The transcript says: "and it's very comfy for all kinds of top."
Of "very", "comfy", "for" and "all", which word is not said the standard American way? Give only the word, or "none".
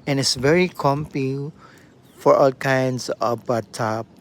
comfy